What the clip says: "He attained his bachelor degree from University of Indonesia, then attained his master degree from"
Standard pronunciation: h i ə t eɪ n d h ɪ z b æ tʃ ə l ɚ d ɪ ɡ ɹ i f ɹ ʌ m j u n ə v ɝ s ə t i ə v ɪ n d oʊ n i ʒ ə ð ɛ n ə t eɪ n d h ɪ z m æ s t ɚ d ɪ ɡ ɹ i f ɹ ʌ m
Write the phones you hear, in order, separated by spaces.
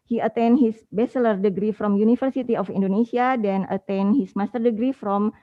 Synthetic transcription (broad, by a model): h i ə t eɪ n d h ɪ s b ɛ s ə l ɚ d ɪ ɡ ɹ i f ɹ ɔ m j u n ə f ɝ s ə t i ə f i n d oʊ n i s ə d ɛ n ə t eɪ n h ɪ s m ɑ s t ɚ d ɪ ɡ ɹ i f ɹ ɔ m